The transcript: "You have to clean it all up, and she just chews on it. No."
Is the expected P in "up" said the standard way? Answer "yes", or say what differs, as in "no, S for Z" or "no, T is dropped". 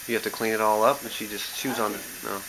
yes